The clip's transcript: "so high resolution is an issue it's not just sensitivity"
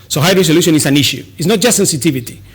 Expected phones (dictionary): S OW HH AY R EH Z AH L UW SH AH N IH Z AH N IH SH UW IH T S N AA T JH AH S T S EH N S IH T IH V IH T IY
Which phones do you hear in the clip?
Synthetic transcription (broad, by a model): S OW HH AY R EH S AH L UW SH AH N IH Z AH N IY SH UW IH T S N AA T JH AH S T S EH N S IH T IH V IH T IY